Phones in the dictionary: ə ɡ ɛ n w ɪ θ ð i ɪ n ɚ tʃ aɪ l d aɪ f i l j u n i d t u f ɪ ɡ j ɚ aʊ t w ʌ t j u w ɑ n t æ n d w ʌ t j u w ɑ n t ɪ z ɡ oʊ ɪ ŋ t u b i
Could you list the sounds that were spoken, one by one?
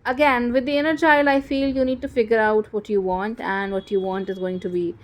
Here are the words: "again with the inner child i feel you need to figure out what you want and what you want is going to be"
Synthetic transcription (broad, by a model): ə ɡ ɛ n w ɪ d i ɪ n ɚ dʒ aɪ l aɪ f i l j u n i d t u f ɪ ɡ j ɚ aʊ t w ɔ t j u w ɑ n t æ n d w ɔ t j u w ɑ n t ɪ z ɡ oʊ ɪ ŋ t u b i